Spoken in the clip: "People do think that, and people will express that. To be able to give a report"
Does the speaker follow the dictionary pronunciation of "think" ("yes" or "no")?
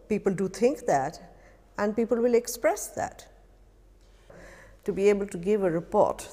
no